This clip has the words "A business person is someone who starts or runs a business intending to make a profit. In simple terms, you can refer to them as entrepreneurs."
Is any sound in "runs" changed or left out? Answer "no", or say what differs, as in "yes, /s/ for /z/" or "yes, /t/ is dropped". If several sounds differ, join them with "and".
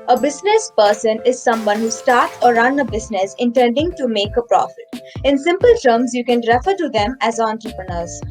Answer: yes, /z/ is dropped